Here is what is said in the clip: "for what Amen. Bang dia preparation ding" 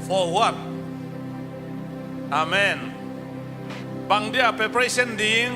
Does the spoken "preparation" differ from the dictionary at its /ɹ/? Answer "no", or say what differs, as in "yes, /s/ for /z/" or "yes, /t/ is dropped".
yes, /ɹ/ is dropped